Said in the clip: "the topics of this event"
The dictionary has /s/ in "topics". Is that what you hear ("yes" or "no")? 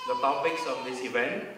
yes